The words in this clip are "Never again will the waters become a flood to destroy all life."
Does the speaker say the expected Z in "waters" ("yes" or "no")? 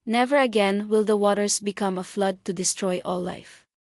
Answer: no